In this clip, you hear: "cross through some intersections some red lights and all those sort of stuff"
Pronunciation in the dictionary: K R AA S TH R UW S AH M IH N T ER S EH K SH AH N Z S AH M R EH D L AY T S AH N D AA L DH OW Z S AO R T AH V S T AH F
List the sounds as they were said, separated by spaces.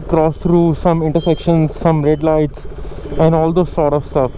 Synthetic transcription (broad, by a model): K R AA S T R UW S AH M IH N T ER S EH K SH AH N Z S AH M R EH D L AY T S AH N D AA L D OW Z S AO R T AH V S T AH F